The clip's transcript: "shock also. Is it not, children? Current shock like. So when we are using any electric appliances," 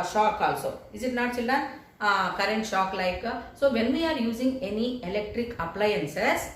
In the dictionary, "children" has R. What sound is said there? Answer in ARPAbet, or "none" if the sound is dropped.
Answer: none